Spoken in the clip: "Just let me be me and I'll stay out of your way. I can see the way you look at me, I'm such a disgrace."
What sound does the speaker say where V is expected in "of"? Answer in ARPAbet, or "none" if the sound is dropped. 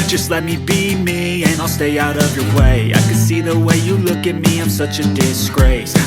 V